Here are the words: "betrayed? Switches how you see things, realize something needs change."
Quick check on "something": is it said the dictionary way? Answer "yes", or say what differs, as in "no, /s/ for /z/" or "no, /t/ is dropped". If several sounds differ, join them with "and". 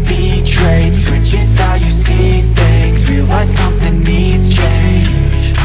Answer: yes